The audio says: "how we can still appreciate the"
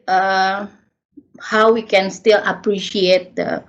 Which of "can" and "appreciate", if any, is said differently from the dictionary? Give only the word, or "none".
none